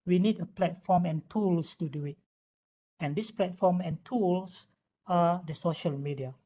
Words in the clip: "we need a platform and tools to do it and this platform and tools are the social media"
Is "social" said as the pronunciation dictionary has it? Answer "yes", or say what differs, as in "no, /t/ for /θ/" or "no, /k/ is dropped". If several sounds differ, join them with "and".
yes